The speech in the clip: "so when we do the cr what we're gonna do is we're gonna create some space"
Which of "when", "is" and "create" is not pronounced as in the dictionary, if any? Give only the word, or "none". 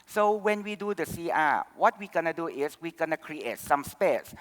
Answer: is